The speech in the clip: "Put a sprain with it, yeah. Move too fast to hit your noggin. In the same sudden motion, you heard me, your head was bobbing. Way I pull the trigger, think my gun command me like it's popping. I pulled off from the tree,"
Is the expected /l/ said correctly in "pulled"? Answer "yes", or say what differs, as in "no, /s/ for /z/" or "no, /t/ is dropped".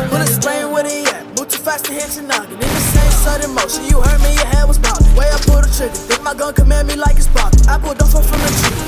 no, /l/ is dropped